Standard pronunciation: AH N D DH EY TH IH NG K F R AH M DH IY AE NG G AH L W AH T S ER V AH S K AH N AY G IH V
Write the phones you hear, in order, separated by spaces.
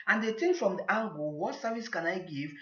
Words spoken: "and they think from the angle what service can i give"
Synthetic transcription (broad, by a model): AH N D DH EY T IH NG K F R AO M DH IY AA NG G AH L W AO T S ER V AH S K AH N AY G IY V